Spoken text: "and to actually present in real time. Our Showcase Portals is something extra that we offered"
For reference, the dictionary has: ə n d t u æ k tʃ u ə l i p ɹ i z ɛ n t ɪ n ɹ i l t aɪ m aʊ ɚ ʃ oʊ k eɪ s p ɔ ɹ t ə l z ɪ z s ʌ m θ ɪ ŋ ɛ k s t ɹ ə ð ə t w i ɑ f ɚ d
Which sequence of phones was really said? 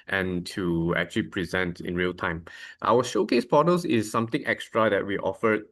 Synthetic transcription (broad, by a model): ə n t u æ k tʃ u ə l i p ɹ i z ɛ n t ɪ n ɹ i l t aɪ m aʊ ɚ ʃ oʊ k eɪ s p ɔ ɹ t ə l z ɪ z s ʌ m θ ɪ ŋ ɛ k s t ɹ ə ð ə t w i ɑ f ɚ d